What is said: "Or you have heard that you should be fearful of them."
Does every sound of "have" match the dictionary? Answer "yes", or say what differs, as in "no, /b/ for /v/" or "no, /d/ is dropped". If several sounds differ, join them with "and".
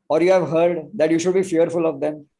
yes